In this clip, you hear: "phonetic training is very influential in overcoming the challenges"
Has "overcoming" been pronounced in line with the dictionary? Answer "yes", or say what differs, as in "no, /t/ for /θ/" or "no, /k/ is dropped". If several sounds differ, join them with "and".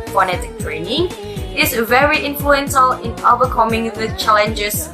no, /b/ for /v/